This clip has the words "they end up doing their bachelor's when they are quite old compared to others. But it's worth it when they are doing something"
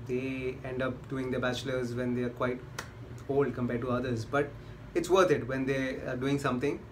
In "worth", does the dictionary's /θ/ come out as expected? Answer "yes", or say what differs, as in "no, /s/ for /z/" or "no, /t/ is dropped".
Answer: no, /t/ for /θ/